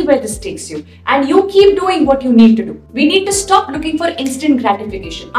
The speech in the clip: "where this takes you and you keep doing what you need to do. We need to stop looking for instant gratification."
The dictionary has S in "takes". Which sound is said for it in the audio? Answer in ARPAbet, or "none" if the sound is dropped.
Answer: S